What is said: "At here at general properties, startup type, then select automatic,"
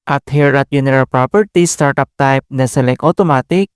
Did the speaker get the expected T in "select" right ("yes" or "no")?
no